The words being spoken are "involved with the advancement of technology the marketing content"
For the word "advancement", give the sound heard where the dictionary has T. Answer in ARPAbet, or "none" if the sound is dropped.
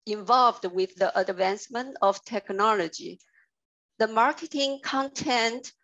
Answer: T